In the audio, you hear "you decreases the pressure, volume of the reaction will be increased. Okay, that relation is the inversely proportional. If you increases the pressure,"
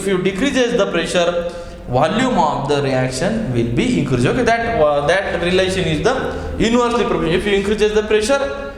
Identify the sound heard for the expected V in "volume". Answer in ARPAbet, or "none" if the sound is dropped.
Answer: V